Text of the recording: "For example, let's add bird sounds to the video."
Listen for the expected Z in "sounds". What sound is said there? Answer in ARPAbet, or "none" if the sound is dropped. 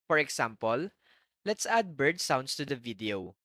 S